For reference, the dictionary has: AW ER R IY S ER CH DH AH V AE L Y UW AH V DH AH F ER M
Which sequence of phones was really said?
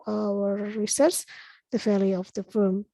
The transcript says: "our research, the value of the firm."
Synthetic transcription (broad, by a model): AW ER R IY S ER S DH AH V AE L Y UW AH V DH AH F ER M